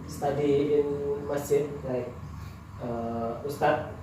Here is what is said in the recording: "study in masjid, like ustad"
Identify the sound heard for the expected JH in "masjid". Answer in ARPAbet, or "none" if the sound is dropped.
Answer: none